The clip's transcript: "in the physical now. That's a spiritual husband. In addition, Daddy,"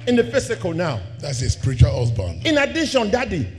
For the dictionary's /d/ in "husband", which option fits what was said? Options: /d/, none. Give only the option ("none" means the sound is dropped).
none